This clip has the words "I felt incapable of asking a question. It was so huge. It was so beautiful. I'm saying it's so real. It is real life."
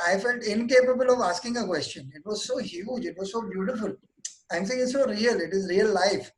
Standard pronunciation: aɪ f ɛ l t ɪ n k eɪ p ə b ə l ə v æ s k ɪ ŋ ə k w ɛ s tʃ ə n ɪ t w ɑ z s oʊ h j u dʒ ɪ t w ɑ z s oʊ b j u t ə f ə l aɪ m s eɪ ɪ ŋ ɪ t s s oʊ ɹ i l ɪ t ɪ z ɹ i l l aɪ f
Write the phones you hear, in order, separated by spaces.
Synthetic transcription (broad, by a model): aɪ f ɛ l t ɪ n k eɪ p ə b ə l ə v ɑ s k ɪ ŋ ə k w ɛ s tʃ ə n ɪ t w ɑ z s oʊ h j u dʒ ɪ t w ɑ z s oʊ b j u t ə f ə l aɪ m s eɪ ɪ ŋ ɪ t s s oʊ ɹ i l ɪ t ɪ z ɹ i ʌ l aɪ f